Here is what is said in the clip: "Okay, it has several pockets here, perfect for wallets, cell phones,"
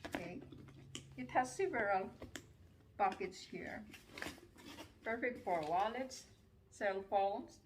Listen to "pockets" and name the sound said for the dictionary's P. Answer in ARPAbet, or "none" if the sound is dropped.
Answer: B